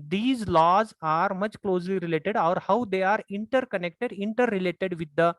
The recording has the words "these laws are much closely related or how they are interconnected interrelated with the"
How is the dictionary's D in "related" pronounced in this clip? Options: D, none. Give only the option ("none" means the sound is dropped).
D